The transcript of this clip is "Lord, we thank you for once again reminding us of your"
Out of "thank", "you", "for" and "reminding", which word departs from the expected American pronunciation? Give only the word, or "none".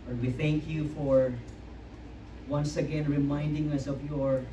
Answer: none